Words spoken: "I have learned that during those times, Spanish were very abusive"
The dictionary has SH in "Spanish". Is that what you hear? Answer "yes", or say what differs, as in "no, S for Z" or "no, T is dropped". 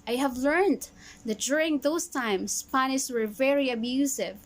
no, S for SH